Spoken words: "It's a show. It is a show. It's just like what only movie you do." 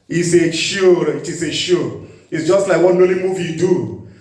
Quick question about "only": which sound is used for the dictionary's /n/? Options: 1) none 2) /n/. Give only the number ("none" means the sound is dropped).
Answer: 1